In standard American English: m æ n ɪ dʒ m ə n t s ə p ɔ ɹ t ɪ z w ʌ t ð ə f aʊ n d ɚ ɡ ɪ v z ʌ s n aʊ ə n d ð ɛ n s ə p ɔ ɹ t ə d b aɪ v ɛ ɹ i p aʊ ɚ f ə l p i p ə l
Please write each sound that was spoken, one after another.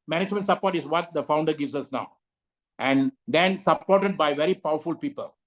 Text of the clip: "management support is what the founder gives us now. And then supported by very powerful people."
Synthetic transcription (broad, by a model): m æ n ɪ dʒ m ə n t s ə p ɔ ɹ t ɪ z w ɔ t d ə f aʊ n d ɚ ɡ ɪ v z ʌ s n aʊ ə n d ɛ n s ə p ɔ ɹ t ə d b aɪ v ɛ ɹ i p aʊ ɚ f ə l p i p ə l